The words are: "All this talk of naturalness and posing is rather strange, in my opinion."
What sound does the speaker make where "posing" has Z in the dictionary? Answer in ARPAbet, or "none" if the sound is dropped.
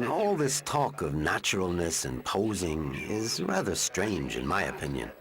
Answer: Z